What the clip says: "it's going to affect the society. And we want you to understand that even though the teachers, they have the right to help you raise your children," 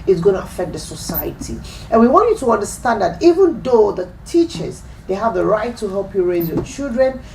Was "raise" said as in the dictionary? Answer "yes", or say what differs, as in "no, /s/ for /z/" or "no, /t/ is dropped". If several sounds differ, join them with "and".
yes